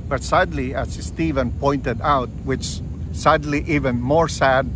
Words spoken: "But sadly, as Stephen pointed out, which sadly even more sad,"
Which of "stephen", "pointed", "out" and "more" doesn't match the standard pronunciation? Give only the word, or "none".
none